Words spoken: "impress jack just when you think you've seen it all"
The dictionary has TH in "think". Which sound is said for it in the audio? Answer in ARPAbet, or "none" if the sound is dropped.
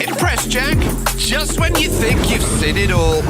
TH